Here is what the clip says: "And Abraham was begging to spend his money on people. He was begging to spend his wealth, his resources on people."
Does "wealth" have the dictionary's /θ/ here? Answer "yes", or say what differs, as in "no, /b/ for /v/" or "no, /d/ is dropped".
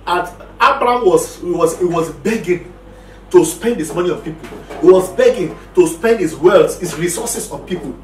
no, /s/ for /θ/